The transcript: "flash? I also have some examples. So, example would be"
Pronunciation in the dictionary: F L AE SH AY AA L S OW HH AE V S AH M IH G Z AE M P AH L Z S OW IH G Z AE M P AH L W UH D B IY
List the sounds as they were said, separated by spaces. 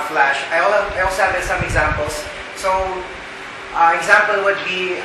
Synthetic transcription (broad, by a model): F L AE SH AY AA L S OW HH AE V S AH M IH G Z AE M P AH L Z S OW IH G Z AE M P AH L W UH D B IY